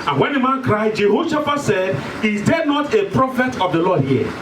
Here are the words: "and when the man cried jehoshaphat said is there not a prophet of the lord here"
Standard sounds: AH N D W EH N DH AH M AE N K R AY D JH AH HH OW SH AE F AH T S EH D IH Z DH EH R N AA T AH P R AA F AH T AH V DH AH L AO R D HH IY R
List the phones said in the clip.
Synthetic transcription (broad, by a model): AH N W EH N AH M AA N K R AY D JH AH HH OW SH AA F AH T S EH D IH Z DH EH N AA T AH P R AA F AH T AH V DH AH L AO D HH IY